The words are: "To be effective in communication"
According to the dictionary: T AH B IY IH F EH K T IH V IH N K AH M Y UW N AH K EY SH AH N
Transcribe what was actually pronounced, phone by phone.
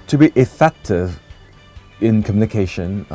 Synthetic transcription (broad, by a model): T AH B IY IH F EH K T IH V IH N K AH M Y UW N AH K EY SH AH N